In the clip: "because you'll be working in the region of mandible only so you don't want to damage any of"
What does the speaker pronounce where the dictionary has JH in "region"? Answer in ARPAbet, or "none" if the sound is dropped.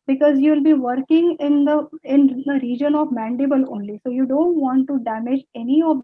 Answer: JH